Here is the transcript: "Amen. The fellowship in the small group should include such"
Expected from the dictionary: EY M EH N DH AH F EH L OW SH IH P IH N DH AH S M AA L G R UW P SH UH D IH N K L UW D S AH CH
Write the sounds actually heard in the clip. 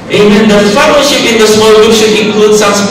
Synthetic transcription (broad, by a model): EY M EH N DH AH F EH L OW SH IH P IH N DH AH S M AA L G UW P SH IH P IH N K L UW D S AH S